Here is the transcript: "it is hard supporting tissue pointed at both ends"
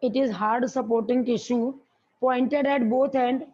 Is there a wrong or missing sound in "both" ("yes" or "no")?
yes